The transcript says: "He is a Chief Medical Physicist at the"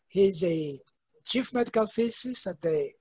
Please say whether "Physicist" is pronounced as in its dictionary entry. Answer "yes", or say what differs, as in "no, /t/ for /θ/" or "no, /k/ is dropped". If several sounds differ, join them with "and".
no, /t/ is dropped